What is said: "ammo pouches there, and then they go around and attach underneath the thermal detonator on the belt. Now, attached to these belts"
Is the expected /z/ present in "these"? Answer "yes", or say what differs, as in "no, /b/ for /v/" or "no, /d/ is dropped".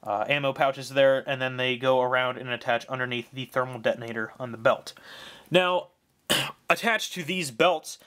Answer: yes